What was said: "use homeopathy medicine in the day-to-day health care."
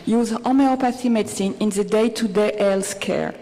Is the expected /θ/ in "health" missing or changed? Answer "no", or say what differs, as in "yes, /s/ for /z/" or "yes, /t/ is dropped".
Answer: yes, /s/ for /θ/